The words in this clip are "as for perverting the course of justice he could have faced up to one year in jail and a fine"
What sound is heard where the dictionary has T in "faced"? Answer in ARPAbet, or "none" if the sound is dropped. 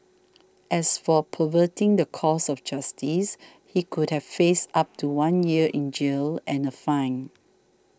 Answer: none